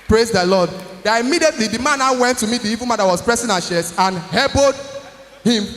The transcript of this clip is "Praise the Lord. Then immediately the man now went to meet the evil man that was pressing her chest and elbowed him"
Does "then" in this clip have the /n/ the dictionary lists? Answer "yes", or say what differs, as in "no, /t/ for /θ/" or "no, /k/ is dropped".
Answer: no, /n/ is dropped